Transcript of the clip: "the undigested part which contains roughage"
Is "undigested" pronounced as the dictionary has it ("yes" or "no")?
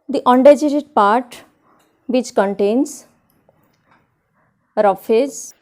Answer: no